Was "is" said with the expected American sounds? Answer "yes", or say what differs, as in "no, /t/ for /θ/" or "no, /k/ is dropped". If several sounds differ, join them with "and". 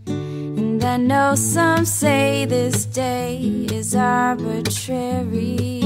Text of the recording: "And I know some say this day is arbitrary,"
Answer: yes